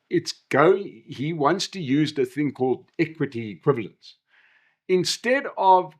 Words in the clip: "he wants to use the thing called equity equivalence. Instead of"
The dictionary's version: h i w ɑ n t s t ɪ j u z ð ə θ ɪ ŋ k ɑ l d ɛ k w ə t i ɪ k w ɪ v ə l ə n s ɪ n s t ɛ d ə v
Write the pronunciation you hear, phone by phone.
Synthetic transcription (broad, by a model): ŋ i w ɑ n t s t ɪ j u z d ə θ ɪ ŋ k ɑ l d ɛ k w ə t i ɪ k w ɪ v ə l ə n s ɪ n s t ɛ d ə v